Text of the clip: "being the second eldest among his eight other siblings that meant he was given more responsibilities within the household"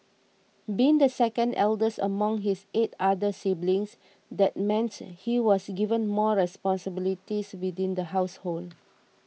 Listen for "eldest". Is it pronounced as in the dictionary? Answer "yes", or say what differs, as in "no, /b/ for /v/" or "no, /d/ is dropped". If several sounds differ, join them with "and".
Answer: no, /t/ is dropped